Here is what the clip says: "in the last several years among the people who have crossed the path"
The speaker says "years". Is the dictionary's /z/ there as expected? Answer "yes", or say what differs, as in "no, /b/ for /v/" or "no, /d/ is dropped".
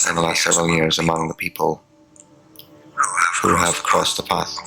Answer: yes